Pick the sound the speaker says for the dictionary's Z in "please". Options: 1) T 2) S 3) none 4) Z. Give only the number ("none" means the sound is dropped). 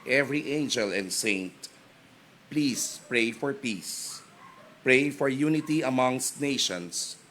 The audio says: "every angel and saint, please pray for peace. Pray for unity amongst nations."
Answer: 2